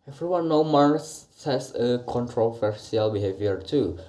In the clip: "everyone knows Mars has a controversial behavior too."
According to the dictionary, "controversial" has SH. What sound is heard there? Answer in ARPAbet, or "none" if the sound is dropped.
S